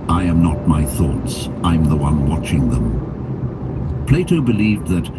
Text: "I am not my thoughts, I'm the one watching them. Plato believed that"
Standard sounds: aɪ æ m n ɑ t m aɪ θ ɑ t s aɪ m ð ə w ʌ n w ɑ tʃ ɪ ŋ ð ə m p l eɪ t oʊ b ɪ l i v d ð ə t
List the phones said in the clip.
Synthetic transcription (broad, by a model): aɪ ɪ m n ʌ t m aɪ θ ɑ t s aɪ m ð ə w ʌ n w ɑ tʃ ɪ ŋ ð ə m p l eɪ t oʊ b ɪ l i v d ð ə t